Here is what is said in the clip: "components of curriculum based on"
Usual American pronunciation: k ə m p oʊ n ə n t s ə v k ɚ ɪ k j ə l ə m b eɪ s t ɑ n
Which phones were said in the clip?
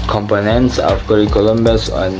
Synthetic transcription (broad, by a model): k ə m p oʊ n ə n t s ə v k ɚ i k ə l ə m b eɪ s ɑ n